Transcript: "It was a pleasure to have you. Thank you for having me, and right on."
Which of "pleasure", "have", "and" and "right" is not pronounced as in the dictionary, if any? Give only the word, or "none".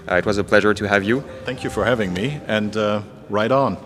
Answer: none